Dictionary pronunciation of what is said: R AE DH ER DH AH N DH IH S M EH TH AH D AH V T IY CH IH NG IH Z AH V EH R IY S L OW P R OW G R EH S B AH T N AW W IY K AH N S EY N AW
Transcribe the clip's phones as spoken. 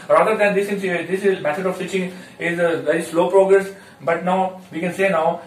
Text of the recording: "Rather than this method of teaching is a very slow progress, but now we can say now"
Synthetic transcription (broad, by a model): R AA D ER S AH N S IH S M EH S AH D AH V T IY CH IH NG IH Z AH V EH R IY S L OW P R OW G R EH S B AH T N AW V IY K AH N S EY N AW